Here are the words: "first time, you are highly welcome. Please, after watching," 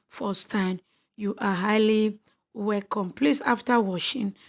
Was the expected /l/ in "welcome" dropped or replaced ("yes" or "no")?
yes